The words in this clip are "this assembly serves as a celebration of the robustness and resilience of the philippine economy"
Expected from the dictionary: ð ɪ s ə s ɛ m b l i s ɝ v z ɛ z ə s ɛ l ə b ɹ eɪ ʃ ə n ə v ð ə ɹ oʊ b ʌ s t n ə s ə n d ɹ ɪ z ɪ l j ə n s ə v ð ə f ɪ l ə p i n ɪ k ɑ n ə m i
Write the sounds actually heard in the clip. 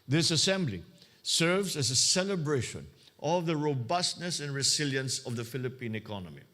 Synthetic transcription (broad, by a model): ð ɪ s ə s ɛ m b l i s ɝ v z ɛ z ə s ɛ l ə b ɹ eɪ ʃ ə n ə v ð ə ɹ oʊ b ʌ s t n ə s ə n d ɹ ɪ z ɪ l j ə n s ə v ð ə f ɪ l ə p i n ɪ k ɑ n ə m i